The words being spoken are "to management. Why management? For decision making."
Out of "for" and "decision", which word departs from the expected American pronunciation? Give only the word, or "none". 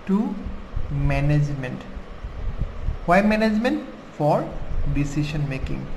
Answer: decision